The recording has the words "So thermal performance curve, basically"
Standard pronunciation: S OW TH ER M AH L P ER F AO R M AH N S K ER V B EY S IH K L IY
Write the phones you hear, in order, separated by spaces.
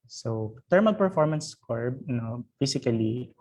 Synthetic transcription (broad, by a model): S OW T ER M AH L P ER F AO R M AH N S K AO B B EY S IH K L IY